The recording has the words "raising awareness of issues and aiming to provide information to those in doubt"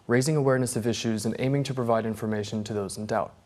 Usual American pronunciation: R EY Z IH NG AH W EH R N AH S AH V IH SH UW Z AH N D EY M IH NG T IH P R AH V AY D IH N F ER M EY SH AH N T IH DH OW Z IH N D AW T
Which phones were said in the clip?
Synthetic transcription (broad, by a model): R EY Z IH NG AH W EH R N AH S AH V IH SH UW Z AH N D EY M IH NG T IH P R AH V AY D IH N F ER M EY SH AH N T IH DH OW Z N D AW T